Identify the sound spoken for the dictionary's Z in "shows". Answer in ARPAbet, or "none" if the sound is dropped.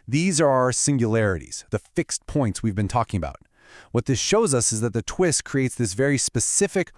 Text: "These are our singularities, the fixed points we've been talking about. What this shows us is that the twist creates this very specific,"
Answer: Z